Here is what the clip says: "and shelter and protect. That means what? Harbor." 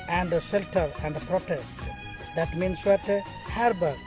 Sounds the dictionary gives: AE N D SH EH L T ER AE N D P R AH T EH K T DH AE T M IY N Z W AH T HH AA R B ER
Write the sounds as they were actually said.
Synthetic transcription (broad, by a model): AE N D S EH L T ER AE N D P R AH T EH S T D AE T M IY N S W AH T HH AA R B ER